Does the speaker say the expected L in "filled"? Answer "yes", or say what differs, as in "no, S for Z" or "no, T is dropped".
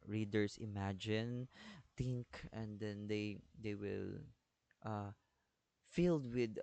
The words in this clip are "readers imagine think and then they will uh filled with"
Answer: yes